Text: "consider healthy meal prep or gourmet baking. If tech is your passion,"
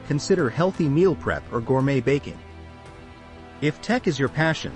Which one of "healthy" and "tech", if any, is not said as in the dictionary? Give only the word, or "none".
none